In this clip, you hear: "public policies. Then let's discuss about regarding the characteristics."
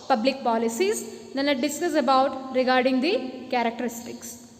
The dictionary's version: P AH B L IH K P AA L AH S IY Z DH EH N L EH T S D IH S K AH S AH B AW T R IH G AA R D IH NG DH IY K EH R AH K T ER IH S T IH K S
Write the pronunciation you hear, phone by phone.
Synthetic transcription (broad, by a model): P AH B L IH K P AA L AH S IY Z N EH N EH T D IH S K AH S AH B AW T R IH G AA R D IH NG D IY K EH R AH K T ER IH S T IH K S